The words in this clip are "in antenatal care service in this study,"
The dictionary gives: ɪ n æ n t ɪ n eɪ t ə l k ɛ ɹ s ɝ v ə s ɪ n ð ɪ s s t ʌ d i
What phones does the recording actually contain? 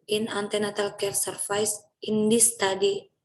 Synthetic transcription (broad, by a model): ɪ n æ n t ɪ n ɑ t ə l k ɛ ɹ s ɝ f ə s ɪ n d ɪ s s t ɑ d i